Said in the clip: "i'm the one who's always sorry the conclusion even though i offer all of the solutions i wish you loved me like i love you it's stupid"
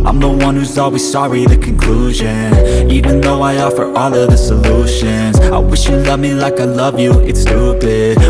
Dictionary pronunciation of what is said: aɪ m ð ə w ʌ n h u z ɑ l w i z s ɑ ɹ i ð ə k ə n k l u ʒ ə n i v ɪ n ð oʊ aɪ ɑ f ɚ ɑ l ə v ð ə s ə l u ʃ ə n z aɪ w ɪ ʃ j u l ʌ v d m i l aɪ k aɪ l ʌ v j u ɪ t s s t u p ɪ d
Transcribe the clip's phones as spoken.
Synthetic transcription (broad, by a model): aɪ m ð ə w ʌ n h u z ɑ l w i z s ɑ ɹ i ð ə k ə n k l u ʒ ə n i v ɪ n ð oʊ aɪ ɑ f ɚ ɑ l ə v ð ə s ə l u ʃ ə n z aɪ w ɪ ʃ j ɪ l ʌ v m i l aɪ k aɪ l ʌ v j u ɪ t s s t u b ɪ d